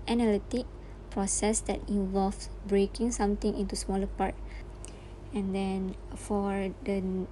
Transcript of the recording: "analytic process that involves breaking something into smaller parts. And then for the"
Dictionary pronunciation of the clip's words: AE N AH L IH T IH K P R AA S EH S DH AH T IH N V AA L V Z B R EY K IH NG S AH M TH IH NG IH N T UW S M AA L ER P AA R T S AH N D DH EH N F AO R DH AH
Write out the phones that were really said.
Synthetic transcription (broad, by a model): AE N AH L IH T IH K P R AA S EH S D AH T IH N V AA L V B R EY K IH NG S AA M T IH NG IH N T UW S M AA L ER P AA R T AH N D EH N F AO R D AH